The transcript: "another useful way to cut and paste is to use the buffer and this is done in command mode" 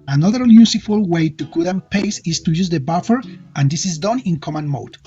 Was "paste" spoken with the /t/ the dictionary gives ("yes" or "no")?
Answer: no